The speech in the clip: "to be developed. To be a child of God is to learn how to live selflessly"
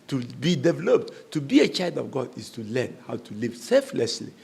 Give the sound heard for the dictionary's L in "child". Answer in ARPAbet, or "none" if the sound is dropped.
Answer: L